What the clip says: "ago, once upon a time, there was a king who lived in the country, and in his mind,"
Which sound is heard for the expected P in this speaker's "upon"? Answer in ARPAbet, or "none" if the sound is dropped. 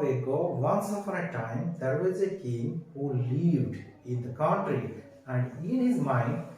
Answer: F